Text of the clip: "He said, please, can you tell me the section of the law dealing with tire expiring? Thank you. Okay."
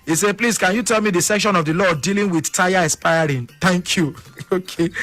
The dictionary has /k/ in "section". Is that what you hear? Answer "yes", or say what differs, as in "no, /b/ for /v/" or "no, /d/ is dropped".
yes